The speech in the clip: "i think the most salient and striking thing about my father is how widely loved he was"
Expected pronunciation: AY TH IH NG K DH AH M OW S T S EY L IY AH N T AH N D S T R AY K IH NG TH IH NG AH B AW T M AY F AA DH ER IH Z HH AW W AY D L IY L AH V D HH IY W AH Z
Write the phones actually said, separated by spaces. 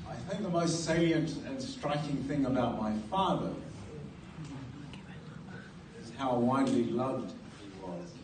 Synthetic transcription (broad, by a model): AY TH IH NG K DH AH M OW S T S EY IY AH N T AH N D S T R AY K IH NG TH IH NG AH B AW T M AY F AA DH ER IH Z HH AW W AY D L IY L AH V D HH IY W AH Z